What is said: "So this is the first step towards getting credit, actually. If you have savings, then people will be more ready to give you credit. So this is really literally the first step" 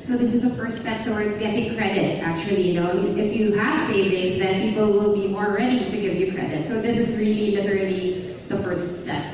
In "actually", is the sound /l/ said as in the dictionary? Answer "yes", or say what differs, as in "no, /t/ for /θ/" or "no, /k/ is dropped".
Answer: no, /n/ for /l/